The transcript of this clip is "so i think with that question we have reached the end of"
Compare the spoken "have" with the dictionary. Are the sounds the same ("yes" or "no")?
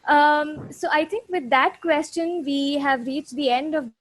yes